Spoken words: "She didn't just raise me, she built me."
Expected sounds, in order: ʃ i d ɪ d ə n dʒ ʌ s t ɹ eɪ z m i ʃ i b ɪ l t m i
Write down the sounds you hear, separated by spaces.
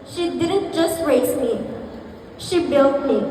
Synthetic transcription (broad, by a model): ʃ i d ɪ d ə n dʒ ʌ s t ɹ eɪ s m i ʃ i b ɪ l t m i